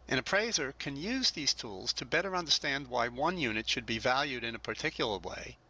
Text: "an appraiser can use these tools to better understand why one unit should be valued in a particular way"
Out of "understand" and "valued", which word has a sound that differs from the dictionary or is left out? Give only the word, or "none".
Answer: none